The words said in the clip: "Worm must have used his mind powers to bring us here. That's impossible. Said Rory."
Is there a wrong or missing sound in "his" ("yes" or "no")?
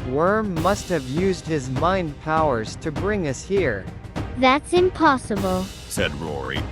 no